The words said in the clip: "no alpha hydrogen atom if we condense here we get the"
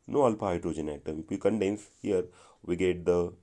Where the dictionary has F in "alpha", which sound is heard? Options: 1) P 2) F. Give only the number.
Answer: 1